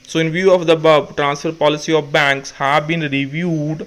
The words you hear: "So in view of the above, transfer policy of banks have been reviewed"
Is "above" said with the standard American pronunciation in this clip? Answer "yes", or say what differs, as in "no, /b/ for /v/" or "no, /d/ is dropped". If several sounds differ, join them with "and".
no, /b/ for /v/